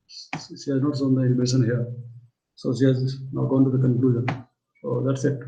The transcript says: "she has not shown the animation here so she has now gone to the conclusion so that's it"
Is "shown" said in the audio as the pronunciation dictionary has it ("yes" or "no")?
no